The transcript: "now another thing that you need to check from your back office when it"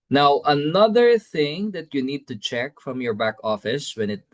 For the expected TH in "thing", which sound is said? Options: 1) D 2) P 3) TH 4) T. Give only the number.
3